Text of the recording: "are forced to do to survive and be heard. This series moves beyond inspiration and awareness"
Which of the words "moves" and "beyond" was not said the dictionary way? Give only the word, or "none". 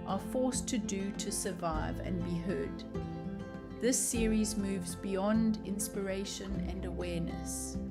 none